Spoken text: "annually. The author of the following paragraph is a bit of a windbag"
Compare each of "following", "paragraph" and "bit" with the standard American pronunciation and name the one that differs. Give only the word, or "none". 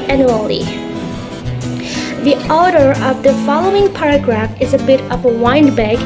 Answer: none